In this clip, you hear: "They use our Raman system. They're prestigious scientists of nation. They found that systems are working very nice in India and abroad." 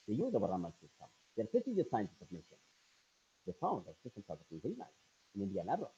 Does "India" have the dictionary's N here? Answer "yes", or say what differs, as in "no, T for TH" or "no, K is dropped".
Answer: yes